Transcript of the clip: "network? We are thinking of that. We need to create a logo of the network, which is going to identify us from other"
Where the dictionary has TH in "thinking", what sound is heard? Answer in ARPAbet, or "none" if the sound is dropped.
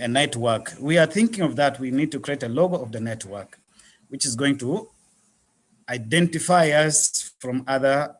TH